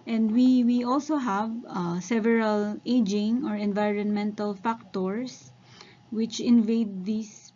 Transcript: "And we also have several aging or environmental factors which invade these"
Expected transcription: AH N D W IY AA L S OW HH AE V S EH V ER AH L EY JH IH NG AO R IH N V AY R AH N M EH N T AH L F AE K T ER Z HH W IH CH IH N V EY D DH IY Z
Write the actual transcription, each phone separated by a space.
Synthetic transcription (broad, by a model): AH N D W IY AA L S OW HH AE V S EH V ER AH L EY JH IH NG AO R IH N V AY R AH N M EH N T AH L F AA K T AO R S W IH CH IH N V EY D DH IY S